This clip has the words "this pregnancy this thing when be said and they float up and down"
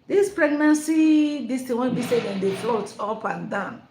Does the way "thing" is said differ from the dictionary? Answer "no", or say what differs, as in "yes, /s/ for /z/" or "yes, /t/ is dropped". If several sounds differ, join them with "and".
yes, /t/ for /θ/